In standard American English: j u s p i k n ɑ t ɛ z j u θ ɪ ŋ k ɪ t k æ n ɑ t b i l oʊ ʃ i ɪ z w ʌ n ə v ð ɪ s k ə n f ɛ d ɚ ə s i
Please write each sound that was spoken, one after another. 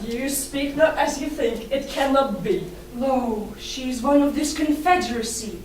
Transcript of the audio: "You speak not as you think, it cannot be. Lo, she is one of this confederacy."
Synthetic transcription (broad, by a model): j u s p i k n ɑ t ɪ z j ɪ θ ɪ ŋ k ɪ t k æ n ɑ t b i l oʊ ʃ i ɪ z w ʌ n ə v ð ɪ s k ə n f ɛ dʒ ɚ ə s i